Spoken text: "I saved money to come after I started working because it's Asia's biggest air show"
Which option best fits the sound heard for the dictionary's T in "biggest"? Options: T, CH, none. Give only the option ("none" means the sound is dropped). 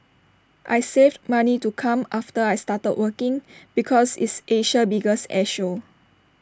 none